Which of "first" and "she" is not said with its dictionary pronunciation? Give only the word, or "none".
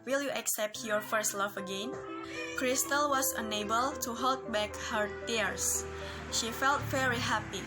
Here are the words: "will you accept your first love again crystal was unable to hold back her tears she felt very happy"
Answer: none